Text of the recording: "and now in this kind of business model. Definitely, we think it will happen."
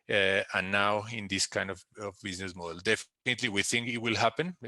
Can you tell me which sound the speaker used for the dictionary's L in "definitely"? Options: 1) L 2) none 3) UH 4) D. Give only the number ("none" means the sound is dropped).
1